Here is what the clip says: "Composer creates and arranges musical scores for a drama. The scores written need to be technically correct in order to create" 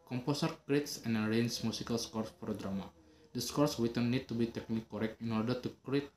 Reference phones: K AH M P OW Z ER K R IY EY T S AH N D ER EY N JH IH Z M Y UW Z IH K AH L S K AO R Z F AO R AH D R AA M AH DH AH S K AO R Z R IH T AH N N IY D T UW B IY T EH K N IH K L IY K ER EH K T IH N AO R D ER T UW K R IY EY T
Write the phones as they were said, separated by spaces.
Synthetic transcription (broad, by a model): K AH M P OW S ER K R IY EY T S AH N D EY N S M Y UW S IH K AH L S K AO R S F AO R D R AA M AH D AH S K AO R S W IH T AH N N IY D T UW B IY T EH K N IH K IY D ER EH K T IH N AO R D ER T UW K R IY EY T